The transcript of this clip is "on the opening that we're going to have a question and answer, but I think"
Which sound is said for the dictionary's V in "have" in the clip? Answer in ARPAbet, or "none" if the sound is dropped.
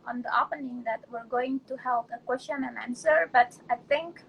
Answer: P